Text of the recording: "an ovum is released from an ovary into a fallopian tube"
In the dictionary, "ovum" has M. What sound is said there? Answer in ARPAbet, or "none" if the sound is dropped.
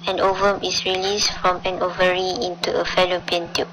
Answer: M